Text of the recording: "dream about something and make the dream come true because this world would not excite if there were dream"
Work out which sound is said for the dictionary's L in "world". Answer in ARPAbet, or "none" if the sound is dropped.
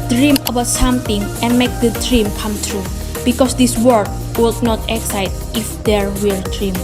none